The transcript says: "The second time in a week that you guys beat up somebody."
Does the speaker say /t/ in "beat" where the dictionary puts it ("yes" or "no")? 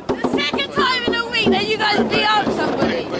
no